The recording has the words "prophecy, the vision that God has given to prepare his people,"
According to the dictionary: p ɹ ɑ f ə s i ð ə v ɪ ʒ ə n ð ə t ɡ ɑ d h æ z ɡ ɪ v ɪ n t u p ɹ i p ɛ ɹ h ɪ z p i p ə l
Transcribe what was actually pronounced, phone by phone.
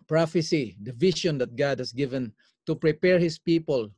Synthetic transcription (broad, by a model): p ɹ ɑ f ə s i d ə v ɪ ʃ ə n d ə t ɡ ɑ d h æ s ɡ ɪ v ɪ n t u p ɹ i p ɛ ɹ h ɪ s p i p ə l